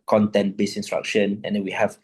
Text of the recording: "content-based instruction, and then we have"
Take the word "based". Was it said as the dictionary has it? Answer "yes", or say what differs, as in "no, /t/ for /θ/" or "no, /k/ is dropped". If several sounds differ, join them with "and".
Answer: no, /t/ is dropped